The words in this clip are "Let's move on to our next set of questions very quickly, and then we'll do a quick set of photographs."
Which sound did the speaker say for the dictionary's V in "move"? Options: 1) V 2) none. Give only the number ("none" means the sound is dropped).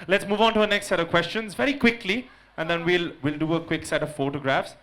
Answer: 1